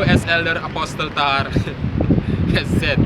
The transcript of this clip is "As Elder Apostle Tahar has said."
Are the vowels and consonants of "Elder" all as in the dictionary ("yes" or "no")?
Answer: yes